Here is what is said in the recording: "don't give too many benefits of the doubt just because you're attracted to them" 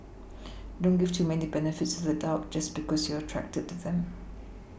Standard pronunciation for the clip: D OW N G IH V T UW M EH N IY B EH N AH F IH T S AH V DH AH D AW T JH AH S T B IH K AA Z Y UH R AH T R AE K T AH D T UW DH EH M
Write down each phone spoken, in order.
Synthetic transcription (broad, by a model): D OW N G IH V T UW M EH N IY B EH N AH F IH T S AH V DH AH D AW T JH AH S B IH K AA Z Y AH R AH T R AE K T AH D T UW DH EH M